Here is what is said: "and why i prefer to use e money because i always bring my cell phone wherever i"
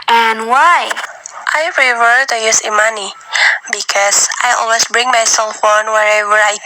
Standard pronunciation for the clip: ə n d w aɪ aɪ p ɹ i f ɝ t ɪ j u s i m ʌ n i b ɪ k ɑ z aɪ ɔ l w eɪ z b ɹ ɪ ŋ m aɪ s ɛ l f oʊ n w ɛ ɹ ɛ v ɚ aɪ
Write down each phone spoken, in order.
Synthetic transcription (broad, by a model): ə n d w aɪ aɪ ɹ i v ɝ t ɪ j u s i m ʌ n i b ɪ k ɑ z aɪ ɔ l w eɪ s b ɹ ɪ ŋ m aɪ s ɛ l f oʊ n w ɛ ɹ ɛ v ɚ aɪ